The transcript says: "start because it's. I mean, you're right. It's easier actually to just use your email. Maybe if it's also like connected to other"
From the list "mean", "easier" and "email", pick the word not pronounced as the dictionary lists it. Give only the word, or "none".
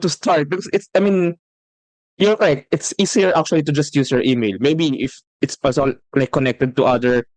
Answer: easier